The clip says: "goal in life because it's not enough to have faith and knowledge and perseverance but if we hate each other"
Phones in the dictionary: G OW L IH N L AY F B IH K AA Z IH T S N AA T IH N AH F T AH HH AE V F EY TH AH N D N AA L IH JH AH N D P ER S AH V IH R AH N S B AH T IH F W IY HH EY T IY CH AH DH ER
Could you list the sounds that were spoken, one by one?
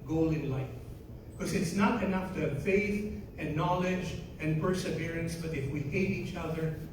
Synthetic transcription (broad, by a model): G OW L IH N L AY F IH K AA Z IH T S N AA T IH N AH F T AH HH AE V F EY TH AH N N AA L IH JH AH N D P ER S AH V IH R AH N S B AH T IH F W IY HH EY T IY CH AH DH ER